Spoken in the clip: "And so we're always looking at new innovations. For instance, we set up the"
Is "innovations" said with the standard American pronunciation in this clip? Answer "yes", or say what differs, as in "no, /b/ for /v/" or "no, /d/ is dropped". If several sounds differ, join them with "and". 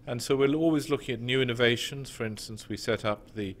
yes